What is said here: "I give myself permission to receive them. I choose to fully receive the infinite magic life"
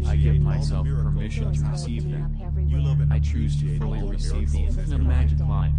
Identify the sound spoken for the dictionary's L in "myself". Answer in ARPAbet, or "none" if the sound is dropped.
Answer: L